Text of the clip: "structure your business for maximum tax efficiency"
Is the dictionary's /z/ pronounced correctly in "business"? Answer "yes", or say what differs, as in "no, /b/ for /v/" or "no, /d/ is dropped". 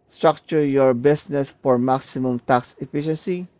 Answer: no, /s/ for /z/